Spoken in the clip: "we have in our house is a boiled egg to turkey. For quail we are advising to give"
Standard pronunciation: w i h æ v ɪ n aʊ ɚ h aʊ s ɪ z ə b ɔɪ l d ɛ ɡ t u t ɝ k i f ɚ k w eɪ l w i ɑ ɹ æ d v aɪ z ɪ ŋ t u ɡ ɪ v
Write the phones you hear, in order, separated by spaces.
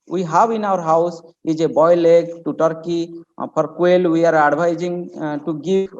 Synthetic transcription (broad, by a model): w i h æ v ɪ n aʊ ɚ h aʊ s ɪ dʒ ə b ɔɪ l ɛ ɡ t u t ɝ k i p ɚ k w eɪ l w i ɑ ɹ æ d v aɪ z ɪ ŋ t u ɡ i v